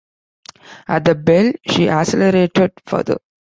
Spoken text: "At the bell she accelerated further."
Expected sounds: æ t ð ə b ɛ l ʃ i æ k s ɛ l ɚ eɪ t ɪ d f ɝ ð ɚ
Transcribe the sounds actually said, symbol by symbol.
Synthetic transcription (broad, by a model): æ t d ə b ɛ l ʃ i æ s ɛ l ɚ eɪ t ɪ d f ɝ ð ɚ